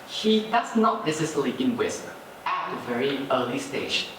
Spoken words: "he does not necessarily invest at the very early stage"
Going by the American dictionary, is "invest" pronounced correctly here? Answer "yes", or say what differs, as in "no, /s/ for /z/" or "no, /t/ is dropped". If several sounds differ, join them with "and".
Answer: no, /w/ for /v/